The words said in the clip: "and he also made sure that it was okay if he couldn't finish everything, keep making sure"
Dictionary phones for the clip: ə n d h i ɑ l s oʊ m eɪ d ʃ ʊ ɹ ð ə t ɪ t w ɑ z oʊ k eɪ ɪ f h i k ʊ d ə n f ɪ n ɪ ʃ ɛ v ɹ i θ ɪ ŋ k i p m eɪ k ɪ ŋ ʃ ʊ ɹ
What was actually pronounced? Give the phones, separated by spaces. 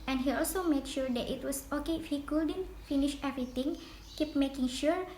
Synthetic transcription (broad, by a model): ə n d h i ɑ l s oʊ m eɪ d ʃ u ɹ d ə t ɪ t w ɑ s oʊ k eɪ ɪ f h i k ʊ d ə n f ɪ n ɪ ʃ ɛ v ɹ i t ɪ ŋ k i p m eɪ k ɪ ŋ ʃ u ɹ